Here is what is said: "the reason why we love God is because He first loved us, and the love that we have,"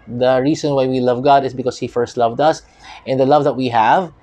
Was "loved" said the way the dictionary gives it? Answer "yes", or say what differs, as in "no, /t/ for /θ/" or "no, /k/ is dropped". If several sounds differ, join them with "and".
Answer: yes